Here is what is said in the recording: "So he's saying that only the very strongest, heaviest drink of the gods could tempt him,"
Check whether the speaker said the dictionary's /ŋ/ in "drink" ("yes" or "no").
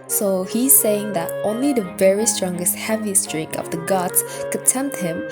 no